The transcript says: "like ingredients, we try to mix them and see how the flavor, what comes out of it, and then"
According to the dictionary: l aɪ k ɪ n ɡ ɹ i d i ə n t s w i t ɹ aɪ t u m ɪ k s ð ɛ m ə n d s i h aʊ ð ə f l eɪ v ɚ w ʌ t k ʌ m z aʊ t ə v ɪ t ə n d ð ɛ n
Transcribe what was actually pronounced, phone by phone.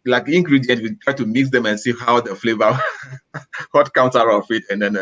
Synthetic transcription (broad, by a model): l aɪ k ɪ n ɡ ɹ i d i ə n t w i t ɹ aɪ t u m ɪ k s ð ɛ m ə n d s i h aʊ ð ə f l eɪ v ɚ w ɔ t k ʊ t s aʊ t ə f ɪ t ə n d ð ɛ n